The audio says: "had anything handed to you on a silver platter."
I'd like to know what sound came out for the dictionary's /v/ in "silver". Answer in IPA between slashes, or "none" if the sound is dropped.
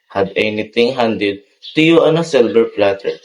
/b/